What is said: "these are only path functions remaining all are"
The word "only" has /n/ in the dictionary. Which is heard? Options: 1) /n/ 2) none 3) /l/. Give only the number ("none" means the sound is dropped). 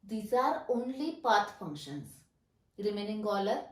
1